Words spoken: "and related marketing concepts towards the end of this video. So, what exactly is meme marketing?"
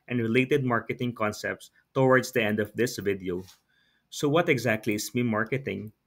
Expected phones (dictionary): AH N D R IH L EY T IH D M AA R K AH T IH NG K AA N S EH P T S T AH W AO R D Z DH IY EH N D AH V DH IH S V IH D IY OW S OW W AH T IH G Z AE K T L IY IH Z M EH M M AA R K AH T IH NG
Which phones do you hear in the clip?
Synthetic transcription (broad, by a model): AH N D R IH L EY T IH D M AA R K AH T IH NG K AA N S EH P T S T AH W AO R D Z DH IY EH N D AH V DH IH S V IH D IY OW S OW W AH T IH G Z AE K T L IY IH S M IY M M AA R K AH T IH NG